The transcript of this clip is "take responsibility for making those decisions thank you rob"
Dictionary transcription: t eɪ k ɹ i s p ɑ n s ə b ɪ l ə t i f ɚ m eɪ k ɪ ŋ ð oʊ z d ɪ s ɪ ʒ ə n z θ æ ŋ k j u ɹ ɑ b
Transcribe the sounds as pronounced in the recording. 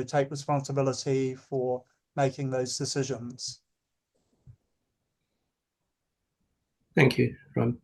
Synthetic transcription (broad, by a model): t eɪ k ɹ i s p ɑ n s ə b ɪ l ə t i f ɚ m eɪ k ɪ ŋ ð oʊ z d ɪ s ɪ ʒ ə n z θ æ ŋ k j u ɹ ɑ